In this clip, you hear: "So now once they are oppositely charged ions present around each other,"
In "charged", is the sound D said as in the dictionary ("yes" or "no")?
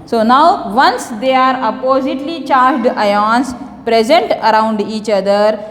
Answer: yes